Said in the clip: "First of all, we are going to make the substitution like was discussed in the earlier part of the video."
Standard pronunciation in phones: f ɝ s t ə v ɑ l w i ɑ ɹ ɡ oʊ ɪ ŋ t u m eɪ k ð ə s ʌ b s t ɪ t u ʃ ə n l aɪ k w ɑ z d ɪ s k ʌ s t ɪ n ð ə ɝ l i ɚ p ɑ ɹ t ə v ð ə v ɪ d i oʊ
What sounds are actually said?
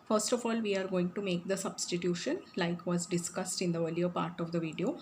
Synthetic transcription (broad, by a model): f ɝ s t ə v ɑ l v i ɑ ɹ ɡ oʊ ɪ ŋ t u m eɪ k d ə s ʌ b s t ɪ t u ʃ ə n l aɪ k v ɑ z d ɪ s k ʌ s t ɪ n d ə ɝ l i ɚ p ɑ ɹ t ə v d ə v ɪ d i oʊ